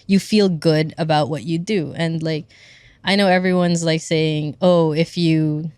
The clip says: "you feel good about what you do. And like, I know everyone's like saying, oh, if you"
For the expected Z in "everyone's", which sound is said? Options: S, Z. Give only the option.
Z